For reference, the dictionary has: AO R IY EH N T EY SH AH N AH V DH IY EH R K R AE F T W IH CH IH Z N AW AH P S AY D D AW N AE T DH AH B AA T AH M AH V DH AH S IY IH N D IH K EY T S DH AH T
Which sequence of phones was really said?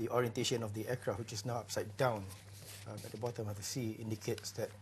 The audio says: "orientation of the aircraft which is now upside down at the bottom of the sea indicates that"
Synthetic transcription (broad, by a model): AO R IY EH N T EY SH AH N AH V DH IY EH K R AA W IH CH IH S N AW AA P S AY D D AW N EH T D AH B AA T AH M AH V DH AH S IY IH N D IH K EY T S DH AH T